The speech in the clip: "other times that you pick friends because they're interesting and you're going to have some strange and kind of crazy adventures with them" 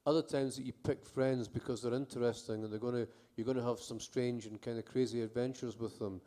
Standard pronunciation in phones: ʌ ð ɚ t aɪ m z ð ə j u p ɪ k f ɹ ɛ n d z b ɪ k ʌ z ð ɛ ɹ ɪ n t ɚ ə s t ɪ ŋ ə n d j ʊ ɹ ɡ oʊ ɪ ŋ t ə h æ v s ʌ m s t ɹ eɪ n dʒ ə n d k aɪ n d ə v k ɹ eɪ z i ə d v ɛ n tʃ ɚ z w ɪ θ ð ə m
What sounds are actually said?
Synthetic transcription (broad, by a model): ʌ ð ɚ t aɪ m z ð ə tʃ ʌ p ɪ k f ɹ ɛ n d z b ɪ k ʌ z ð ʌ ɹ ɪ n t ɚ ə s t ɪ ŋ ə n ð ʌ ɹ ɡ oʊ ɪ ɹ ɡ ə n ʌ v s ʌ m s t ɹ eɪ n dʒ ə n k aɪ n d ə k ɹ eɪ z i ə d v ɛ n tʃ ɚ z w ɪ ð ə m